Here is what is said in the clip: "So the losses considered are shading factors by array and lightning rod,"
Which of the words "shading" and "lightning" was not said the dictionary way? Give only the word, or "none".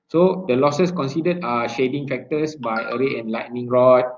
none